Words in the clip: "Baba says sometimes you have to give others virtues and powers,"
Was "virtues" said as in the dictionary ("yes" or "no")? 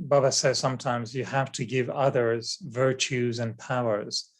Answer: yes